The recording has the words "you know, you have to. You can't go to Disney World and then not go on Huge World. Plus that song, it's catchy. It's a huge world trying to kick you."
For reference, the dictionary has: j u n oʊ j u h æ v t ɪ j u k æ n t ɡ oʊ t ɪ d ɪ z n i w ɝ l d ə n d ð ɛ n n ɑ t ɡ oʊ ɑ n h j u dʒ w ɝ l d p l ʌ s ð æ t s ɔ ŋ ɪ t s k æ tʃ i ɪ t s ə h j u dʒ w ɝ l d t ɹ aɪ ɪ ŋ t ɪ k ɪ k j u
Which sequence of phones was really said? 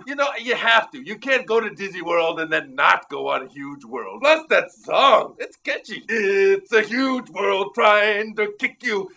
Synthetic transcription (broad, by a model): j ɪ n oʊ j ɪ h æ f t ɪ j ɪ k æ n ɡ oʊ t ɪ d ɪ z i w ɝ l d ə n ð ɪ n n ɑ t ɡ oʊ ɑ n h j u dʒ w ɝ l d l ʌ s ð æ t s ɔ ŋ ɪ t s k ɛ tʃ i ɪ t s ə h j u dʒ w ɝ l d t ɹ aɪ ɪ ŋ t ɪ k ɪ k j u